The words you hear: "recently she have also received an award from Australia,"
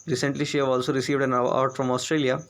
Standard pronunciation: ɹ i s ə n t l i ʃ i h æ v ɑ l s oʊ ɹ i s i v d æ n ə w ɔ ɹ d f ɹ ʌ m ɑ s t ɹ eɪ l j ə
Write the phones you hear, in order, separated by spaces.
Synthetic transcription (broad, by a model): ɹ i s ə n t l i ʃ i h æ v ɑ l s oʊ ɹ i s i v d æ n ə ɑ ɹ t f ɹ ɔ m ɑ s t ɹ eɪ l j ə